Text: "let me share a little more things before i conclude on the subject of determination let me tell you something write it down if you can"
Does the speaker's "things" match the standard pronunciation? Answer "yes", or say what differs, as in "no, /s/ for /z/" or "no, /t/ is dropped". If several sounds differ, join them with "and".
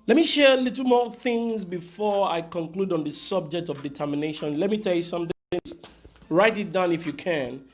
yes